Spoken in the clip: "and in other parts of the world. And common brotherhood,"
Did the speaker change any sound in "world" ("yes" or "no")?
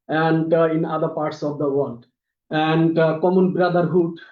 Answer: yes